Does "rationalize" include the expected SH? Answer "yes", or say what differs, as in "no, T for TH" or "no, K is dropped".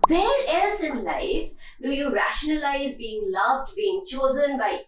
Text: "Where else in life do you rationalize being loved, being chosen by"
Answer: yes